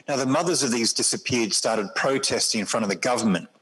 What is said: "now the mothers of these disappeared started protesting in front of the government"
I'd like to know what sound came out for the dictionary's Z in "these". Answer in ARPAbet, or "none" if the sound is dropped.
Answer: Z